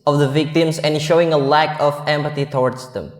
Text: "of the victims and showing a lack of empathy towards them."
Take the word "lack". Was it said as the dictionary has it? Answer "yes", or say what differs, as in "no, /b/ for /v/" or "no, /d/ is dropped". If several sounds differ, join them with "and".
yes